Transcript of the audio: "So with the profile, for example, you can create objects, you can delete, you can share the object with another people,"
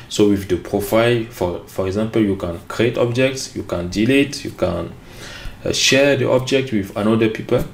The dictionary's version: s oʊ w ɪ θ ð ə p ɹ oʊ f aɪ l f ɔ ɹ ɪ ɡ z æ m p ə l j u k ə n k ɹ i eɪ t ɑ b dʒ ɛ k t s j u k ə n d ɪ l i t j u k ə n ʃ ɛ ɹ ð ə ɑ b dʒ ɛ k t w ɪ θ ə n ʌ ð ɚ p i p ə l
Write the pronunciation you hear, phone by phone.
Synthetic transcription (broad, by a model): s oʊ w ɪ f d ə p ɹ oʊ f aɪ l f ɔ ɹ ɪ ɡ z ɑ m p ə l j u k ə n k ɹ i eɪ t ɑ b dʒ ɛ k t s j u k ə n d ɪ l i t j u k ə n ʃ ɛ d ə ɑ b dʒ ɛ k t w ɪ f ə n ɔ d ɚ p i p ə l